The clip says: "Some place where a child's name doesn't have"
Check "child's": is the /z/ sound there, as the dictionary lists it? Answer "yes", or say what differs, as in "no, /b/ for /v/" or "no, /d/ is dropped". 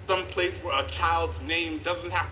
yes